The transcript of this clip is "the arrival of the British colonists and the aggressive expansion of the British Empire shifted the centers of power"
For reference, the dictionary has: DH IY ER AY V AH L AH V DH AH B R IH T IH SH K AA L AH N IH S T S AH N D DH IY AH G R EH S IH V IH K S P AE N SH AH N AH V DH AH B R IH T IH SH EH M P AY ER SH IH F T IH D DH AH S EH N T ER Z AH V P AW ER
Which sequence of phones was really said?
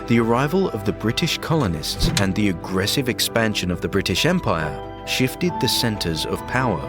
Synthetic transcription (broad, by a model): DH IY ER AY V AH L AH V DH AH B R IH T IH SH K AA L AH N IH S T S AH N DH IY AH G R EH S IH V IH K S P AE N SH AH N AH V DH AH B R IH T IH SH EH M P AY ER SH IH F T IH D DH AH S EH N T ER Z AH V P AW ER